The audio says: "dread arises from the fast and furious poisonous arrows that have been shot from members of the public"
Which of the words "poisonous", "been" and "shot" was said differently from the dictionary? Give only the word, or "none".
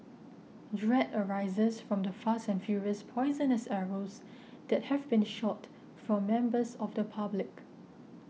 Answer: none